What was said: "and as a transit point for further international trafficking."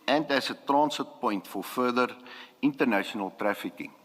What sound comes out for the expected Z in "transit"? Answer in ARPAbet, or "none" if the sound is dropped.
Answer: S